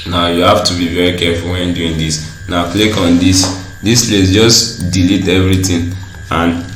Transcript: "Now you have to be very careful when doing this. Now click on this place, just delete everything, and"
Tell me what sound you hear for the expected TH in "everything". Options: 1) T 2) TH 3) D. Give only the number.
1